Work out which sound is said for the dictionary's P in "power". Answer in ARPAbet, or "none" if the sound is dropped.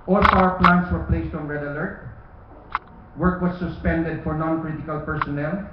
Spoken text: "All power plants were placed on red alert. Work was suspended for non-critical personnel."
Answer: F